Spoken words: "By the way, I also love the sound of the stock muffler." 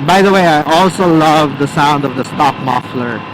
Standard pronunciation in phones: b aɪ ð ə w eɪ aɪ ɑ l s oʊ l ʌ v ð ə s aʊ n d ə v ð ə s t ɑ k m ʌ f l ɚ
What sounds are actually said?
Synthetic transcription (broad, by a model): b aɪ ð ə w eɪ aɪ ɑ l s oʊ l ʌ v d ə s aʊ n d ə v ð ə s t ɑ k m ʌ f l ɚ